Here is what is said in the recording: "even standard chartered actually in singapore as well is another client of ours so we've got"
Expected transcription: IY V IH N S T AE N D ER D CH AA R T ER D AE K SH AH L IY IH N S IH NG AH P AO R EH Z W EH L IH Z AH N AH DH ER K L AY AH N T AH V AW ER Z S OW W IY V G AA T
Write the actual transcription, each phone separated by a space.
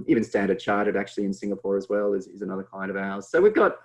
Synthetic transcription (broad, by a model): IY V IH N S T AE N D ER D CH AA R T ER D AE K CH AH L IY IH N S IH NG AH P AO R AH Z W EH L IH Z AH N AH DH ER K AY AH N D AH V AW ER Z S OW W IY V G AA T